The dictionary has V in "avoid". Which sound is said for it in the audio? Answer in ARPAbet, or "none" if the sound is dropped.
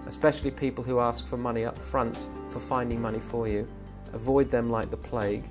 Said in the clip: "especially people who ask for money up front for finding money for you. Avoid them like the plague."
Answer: V